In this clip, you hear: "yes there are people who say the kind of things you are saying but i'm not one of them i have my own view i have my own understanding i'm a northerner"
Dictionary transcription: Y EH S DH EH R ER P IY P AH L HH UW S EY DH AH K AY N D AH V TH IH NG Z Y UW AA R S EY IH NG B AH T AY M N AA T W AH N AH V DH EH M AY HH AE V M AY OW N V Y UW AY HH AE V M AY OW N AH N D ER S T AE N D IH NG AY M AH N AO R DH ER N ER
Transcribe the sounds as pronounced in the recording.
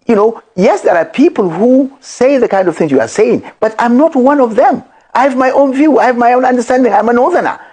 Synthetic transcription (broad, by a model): Y EH S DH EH R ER P IY P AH L HH UW S EY DH AH K AY N D AH V TH IH NG Z Y UW AA R S EY IH NG B AH T AY M N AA T W AH N AH V DH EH M AY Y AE V M AY OW N V Y UW AY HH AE V M AY OW N AH N D ER S T AE N D IH NG AY M AH N AO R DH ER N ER